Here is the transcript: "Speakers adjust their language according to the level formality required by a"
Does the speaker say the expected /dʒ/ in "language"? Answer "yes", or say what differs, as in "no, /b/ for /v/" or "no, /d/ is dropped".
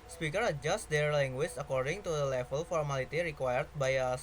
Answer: no, /tʃ/ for /dʒ/